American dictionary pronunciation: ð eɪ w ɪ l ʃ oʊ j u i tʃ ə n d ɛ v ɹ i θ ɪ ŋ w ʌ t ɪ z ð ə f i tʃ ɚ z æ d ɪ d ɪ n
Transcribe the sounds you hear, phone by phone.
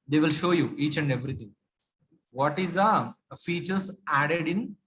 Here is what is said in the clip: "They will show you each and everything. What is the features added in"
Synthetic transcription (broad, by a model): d eɪ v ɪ l ʃ oʊ j u i tʃ ə n d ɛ v ɹ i t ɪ ŋ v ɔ t ɪ z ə f i tʃ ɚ s æ d ɪ d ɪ n